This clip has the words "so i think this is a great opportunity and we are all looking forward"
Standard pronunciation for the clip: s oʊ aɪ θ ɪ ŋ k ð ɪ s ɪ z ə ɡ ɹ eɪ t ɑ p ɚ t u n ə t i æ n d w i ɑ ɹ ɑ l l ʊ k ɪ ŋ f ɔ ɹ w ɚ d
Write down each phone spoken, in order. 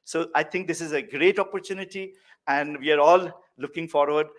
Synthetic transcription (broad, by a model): s oʊ aɪ t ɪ ŋ k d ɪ s ɪ z ə ɡ ɹ eɪ t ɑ p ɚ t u n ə t i æ n d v i ɑ ɹ ɑ l l ʊ k ɪ ŋ f ɔ ɹ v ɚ d